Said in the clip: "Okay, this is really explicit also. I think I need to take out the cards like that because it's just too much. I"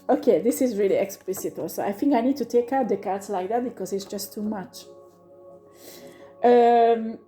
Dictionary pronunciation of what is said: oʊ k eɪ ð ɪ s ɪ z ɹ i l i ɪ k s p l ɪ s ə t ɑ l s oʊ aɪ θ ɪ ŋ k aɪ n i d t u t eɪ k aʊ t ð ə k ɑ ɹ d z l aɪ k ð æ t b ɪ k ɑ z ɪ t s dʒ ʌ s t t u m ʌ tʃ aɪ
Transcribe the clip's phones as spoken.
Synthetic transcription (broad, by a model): oʊ k eɪ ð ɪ s ɪ z ɹ i l i ɪ k s p l ɪ s ə t ɑ l s oʊ aɪ θ ɪ ŋ k aɪ n i d t u t eɪ k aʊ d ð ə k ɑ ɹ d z l aɪ k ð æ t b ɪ k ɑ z ɪ t s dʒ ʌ s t t u m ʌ tʃ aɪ